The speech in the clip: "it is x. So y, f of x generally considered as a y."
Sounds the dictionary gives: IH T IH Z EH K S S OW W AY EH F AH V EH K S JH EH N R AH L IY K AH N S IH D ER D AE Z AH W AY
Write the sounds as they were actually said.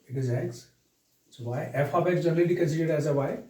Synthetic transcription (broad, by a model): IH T IH Z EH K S S OW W AY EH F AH B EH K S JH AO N L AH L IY K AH N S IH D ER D AE Z AH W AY